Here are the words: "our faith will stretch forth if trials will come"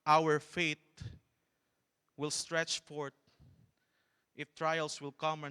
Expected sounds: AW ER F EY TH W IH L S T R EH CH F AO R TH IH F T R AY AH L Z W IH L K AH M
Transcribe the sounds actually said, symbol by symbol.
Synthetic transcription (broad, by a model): AW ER F EY T W IH L S T R EH CH F AO R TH IH F T R AY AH L S W IH L K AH M